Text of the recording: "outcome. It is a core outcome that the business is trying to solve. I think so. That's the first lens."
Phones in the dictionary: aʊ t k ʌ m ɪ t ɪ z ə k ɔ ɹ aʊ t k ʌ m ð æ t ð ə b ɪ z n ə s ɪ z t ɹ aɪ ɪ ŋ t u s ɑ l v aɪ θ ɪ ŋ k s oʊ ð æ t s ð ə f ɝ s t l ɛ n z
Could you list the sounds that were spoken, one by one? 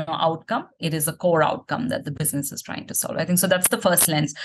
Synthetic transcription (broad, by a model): aʊ t k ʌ m ɪ t ɪ z ə k ɔ ɹ aʊ t k ʌ m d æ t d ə b ɪ z n ə s ɪ z t ɹ aɪ ɪ ŋ t u s ɑ l v aɪ t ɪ ŋ k s oʊ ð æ t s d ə f ɝ s t l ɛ n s